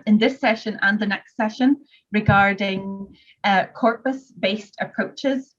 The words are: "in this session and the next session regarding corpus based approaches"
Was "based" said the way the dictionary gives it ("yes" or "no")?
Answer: yes